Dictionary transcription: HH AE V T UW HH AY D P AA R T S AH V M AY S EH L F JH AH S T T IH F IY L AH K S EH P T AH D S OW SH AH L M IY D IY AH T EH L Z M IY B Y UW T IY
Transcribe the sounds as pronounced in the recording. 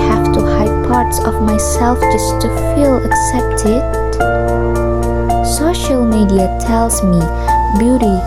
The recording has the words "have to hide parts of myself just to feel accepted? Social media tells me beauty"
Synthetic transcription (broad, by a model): HH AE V T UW HH AY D P AA R T S AH V M AY S EH L F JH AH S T T IH F IY L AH K S EH P T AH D S OW SH AH L M IY D IY AH T EH L Z M IY B Y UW T IY